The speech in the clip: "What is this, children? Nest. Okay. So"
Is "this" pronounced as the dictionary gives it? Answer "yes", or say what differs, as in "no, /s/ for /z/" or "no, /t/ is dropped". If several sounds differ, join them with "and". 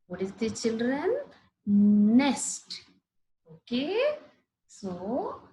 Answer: no, /s/ is dropped